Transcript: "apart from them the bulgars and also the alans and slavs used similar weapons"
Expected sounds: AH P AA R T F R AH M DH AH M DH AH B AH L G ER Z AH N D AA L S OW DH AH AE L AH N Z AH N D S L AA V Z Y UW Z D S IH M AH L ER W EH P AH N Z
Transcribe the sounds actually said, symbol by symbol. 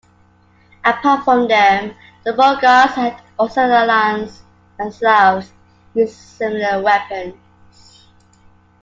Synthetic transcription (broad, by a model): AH P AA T F R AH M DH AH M DH AH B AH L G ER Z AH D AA S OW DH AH L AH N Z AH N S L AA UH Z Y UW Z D S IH M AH L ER W EH P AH N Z